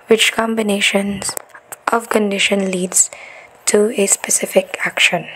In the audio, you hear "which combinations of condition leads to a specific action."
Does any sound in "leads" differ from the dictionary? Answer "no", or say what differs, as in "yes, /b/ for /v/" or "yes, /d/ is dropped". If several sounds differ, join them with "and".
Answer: no